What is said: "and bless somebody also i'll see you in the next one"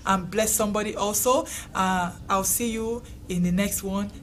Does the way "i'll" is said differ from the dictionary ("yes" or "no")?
yes